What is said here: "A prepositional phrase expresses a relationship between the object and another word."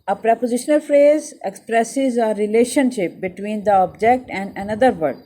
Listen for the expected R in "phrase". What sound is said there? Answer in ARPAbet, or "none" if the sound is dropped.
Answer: R